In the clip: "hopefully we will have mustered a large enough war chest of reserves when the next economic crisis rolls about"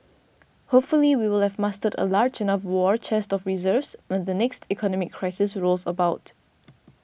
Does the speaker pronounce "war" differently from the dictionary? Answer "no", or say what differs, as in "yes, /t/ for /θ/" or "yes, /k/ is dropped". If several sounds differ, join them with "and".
no